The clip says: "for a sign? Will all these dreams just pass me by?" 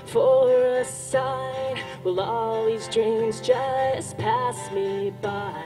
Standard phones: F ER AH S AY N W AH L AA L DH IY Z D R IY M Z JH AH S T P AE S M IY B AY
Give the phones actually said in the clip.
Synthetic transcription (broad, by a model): F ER AH S AY N W AH L AA L DH IY Z D R IY M Z JH AH S P AE S M IY B AY